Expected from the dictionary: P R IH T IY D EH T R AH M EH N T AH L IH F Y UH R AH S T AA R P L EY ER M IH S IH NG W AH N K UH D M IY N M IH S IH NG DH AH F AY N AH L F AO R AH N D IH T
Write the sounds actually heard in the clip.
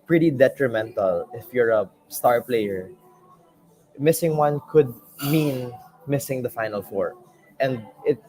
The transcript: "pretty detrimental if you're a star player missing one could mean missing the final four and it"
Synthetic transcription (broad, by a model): P R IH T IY D EH T R AH M EH N T AH L IH F Y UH R AH S T AA R P L EY ER M IH S IH NG W AH N K UH D M IY N M IH S IH NG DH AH F AY N AH L F AO R AH N D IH T